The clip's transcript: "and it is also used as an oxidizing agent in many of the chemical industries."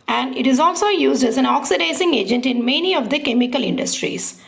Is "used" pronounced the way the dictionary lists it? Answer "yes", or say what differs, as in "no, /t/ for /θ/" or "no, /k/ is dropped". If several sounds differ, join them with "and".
yes